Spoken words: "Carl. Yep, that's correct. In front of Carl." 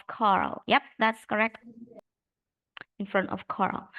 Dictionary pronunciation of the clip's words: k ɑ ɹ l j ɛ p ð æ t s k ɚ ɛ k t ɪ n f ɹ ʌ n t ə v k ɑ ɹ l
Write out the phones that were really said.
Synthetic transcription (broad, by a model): k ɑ ɹ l j ɛ p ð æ t s k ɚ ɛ k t ɪ n f ɹ ʌ n t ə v k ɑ ɹ l